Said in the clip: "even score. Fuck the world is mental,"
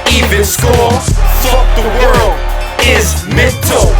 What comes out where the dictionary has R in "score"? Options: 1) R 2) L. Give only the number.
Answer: 2